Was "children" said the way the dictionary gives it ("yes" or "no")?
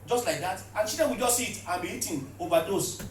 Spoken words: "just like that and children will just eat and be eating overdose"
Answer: no